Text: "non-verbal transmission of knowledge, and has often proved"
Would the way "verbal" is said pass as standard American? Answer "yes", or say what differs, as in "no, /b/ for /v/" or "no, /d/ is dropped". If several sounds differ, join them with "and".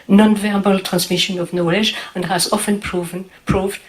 yes